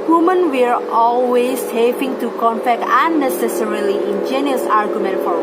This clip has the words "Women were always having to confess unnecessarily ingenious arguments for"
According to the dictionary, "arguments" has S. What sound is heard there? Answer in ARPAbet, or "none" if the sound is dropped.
none